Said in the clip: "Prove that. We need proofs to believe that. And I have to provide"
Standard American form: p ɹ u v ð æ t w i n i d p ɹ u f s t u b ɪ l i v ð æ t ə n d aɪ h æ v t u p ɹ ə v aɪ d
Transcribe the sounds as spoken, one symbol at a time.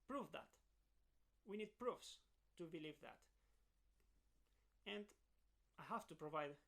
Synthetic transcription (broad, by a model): p ɹ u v ð æ t w i n i d p ɹ u f s t u b ɪ l i v ð æ t ə n d aɪ h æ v t u p ɹ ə v aɪ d